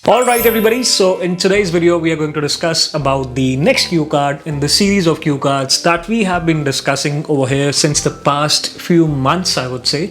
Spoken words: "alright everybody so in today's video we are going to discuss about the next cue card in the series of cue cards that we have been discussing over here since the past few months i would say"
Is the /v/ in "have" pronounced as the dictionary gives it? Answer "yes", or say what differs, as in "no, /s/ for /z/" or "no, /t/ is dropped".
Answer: yes